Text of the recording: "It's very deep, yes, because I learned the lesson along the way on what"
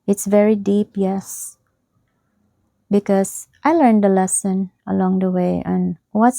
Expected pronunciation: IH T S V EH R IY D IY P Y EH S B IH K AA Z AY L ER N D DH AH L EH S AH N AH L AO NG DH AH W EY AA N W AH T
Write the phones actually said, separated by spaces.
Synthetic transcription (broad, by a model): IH T S V EH R IY D IY P Y EH S B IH K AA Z AY L ER N D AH L EH S AH N AH L AO NG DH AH W EY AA N W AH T